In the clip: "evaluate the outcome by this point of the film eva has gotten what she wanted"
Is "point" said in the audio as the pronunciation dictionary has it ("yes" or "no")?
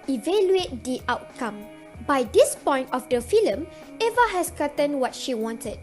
yes